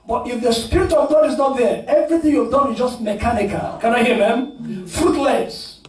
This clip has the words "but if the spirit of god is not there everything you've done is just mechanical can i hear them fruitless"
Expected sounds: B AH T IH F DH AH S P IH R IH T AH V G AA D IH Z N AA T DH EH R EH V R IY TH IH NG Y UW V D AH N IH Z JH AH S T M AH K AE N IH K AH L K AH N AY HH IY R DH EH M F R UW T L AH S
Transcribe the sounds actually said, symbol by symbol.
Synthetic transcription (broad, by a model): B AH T IH F DH AH S P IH R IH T AH V G AA D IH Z N AA T DH EH R EH V R IY TH IH NG Y UW V D AH N IH Z JH AH S T M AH K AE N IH K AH L K AH N AY HH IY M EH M F R UW T L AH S